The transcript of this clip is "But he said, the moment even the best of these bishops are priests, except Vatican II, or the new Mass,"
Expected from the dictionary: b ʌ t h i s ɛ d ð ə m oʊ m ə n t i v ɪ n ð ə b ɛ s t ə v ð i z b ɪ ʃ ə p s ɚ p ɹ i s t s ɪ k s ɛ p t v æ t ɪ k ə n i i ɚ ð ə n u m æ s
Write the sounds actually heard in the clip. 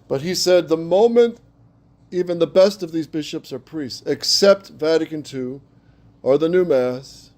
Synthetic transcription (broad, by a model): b ʌ t h i s ɛ d ð ə m oʊ m ə n t i v ɪ n ð ə b ɛ s t ə v ð i z b ɪ ʃ ə p s ɚ p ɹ i s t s ɪ k s ɛ p t v æ t ɪ k ə n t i ɚ ð ə n u m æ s